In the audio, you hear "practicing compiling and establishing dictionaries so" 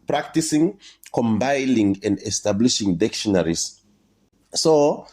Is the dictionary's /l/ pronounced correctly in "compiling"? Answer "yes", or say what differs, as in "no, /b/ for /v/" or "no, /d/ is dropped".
no, /n/ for /l/